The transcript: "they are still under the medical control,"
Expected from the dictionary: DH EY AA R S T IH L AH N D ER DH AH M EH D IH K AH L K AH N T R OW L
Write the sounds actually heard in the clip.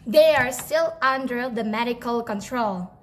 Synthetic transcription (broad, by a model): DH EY AA R S T IH L AH N D ER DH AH M EH D IH K AH L K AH N T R OW L